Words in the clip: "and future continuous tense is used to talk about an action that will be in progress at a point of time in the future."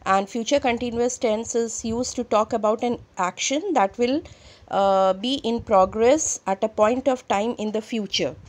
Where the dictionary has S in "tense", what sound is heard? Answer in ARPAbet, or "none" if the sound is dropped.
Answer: S